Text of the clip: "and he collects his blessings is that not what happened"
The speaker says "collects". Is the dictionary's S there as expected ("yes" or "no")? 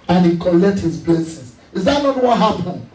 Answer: no